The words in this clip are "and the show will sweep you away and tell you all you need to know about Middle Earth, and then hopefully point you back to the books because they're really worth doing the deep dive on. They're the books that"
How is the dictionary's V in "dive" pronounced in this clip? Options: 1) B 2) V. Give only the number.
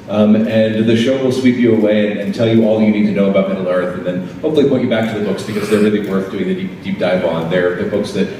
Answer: 1